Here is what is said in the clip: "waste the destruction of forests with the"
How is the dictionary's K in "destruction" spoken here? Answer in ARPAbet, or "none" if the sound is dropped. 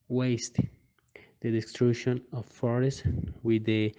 none